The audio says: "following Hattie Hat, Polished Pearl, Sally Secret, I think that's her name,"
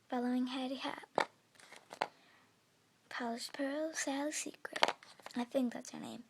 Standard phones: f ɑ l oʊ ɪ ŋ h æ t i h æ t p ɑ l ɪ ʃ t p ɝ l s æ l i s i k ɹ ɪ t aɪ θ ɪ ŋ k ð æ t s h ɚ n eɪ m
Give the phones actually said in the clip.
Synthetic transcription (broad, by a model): f ɑ l oʊ ɪ ŋ h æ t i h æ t p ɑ l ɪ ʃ p ɝ l s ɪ l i s i k ɹ ɪ t aɪ θ ɪ ŋ k ð æ t s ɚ n eɪ m